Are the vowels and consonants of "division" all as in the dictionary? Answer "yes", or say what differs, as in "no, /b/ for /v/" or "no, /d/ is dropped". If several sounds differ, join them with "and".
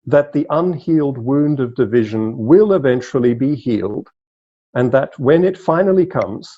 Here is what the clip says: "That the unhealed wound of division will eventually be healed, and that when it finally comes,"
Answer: yes